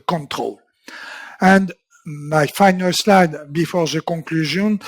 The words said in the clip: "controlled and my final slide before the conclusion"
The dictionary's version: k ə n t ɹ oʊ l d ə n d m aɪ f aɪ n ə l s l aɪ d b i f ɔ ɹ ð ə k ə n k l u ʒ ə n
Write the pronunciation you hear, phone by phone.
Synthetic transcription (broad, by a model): k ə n t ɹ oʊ l ə n d m aɪ f aɪ n ə l s l aɪ d b i f ɔ ɹ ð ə k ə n k l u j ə n